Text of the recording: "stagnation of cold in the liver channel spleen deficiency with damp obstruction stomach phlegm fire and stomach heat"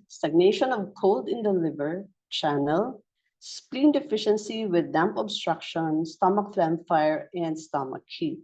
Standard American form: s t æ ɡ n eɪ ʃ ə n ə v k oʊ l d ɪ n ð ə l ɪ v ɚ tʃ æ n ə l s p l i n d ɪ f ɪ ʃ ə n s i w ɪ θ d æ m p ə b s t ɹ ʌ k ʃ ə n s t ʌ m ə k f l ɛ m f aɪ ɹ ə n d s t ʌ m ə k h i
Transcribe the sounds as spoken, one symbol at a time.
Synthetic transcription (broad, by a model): s t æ ɡ n eɪ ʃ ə n ə v k oʊ l d ɪ n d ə l ɪ v ɚ tʃ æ n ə l s p l i n d ɪ f ɪ ʃ ə n s i w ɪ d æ m p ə b s t ɹ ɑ k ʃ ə n s t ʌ m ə k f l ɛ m f aɪ ɹ ə n d s t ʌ m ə k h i